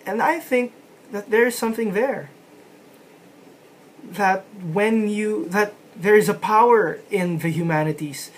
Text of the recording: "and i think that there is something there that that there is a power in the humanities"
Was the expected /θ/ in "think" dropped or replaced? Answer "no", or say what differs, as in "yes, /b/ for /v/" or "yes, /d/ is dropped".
no